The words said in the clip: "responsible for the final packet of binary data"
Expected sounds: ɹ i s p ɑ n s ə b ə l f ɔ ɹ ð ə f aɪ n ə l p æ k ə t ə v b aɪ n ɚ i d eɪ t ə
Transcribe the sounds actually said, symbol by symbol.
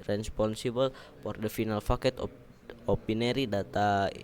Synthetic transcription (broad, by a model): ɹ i s p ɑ n s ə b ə l f ɔ ɹ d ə f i n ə l f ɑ k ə t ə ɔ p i n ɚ i d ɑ t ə